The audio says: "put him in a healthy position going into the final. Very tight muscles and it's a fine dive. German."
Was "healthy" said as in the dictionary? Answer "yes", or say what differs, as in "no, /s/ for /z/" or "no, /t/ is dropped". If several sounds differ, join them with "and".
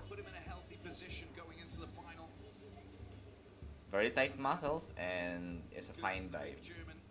yes